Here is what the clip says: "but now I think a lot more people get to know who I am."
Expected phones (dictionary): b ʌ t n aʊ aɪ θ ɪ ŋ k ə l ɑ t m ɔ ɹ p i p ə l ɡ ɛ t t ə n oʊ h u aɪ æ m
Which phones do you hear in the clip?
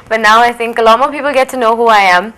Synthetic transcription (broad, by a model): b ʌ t n aʊ aɪ θ ɪ ŋ k ə l ɑ t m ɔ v p i p ə l ɡ ɛ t t ə n oʊ h u aɪ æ m